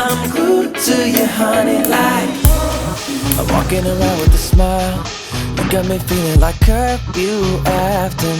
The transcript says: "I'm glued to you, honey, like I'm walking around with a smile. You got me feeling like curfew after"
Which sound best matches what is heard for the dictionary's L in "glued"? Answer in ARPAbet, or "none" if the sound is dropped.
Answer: none